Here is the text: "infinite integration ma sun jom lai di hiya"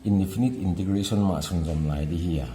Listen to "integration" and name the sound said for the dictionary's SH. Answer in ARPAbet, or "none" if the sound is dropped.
S